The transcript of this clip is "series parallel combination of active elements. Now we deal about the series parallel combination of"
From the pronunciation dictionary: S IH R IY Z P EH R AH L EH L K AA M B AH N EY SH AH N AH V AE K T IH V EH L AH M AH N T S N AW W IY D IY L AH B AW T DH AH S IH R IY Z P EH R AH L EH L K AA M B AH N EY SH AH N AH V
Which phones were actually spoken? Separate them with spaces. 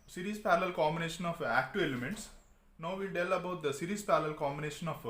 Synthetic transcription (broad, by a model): S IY R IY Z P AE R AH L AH L K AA M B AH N EY SH AH N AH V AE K T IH EH L AH M AH N T S N AW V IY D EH L AH B AW T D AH S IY R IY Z P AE R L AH L K AA M B AH N EY SH AH N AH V